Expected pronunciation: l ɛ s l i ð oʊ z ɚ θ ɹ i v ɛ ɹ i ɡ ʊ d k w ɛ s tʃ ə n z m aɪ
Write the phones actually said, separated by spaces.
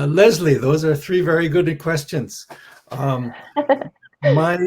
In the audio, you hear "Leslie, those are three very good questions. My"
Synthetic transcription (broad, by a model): l ɛ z l i ð oʊ z ɚ θ ɹ i v ɛ ɹ i ɡ ʊ d k w ɛ s tʃ ə n z m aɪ